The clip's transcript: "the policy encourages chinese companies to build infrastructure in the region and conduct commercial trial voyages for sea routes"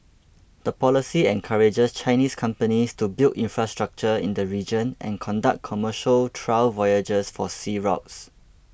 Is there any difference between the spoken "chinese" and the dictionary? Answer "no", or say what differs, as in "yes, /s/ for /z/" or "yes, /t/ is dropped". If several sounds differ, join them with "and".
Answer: yes, /s/ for /z/